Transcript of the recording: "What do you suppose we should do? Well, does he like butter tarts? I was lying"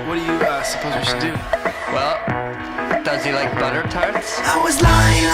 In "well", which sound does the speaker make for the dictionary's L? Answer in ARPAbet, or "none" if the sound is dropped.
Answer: L